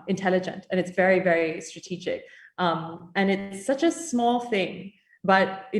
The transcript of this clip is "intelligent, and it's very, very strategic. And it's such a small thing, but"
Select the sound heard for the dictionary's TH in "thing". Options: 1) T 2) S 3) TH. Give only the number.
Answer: 3